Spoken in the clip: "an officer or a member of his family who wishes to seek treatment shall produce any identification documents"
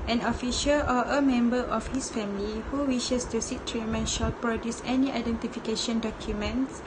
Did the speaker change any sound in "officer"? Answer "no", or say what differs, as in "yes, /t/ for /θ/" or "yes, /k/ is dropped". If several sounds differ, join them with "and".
yes, /ʃ/ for /s/